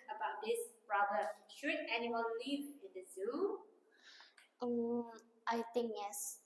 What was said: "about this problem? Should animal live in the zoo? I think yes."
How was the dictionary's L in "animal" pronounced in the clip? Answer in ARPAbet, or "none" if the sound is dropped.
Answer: N